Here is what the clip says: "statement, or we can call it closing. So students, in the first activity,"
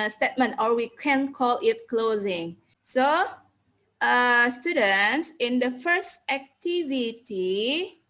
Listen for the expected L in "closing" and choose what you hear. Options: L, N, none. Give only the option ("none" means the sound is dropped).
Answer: L